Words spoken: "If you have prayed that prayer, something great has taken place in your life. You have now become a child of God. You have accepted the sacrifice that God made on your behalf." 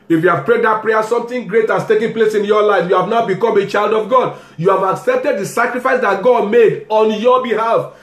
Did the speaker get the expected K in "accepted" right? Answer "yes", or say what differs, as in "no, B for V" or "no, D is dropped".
yes